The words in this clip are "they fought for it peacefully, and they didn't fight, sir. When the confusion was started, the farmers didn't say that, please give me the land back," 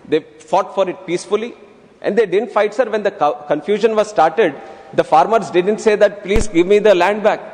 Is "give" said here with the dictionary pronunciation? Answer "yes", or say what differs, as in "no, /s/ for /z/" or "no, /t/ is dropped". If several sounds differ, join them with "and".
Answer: yes